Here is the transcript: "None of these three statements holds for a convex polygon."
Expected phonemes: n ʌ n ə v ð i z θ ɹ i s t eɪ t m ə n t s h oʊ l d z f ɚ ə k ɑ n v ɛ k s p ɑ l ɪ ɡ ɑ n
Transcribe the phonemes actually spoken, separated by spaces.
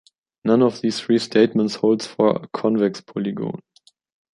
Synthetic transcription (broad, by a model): n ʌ n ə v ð i s θ ɹ i s t eɪ t m ə n t s h oʊ l d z f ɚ ə k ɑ n v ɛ k s p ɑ l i ɡ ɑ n